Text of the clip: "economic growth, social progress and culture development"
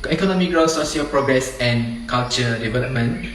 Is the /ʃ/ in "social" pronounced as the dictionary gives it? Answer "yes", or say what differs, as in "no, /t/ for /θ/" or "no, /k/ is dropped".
no, /s/ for /ʃ/